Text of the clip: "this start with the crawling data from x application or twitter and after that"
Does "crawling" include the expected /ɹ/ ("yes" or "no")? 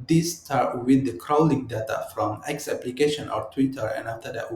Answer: yes